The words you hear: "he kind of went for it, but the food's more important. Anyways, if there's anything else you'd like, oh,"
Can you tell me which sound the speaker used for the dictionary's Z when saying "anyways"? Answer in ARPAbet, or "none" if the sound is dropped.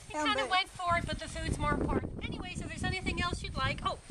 S